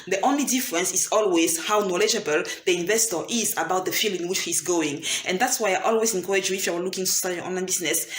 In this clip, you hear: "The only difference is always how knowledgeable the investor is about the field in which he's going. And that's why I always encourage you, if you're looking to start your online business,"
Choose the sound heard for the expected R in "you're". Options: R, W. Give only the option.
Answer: W